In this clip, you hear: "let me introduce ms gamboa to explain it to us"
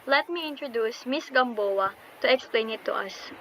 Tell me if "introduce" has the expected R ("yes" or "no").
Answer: yes